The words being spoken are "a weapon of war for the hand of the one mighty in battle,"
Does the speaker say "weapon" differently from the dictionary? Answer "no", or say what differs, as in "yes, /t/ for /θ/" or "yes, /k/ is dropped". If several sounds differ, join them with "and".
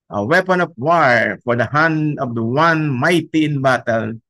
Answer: no